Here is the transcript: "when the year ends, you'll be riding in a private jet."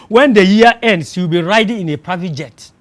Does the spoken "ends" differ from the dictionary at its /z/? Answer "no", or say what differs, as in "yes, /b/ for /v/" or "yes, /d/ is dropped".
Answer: yes, /s/ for /z/